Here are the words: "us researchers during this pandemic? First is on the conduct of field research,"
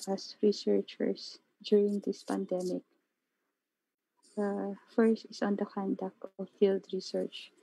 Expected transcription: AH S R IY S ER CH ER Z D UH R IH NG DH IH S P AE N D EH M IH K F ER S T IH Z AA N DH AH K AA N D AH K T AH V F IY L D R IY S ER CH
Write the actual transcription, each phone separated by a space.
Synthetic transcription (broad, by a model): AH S R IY S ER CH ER S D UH R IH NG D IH S P AE N D EH M IH K F ER S T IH S AA N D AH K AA N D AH K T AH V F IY L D R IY S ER CH